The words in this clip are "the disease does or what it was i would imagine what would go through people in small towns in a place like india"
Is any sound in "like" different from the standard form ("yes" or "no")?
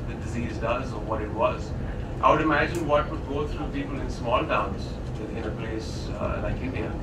yes